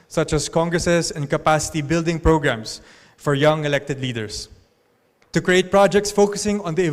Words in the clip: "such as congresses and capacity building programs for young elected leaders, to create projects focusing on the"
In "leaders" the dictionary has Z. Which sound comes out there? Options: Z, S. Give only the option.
S